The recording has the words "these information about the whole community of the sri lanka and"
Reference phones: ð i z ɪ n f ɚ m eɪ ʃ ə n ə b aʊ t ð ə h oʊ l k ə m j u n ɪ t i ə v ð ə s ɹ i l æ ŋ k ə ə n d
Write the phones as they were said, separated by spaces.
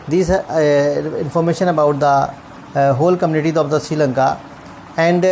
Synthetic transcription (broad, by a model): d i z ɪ n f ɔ m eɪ ʃ ə n ə b aʊ t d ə h oʊ l k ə m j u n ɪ t i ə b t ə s i l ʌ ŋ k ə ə n d